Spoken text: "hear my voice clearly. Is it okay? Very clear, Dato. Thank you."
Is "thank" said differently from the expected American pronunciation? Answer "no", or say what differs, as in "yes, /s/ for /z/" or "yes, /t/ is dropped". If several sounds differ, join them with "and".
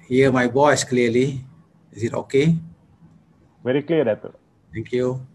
yes, /t/ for /θ/